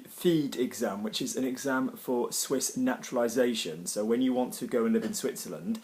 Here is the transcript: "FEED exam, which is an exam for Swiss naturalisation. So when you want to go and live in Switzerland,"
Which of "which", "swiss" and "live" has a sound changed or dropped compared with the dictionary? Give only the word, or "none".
none